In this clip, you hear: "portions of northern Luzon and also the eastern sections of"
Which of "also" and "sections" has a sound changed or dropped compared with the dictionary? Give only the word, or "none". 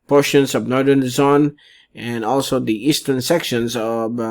none